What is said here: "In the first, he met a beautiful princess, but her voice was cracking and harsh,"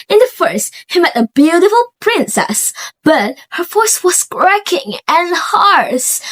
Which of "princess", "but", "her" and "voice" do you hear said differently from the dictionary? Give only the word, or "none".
voice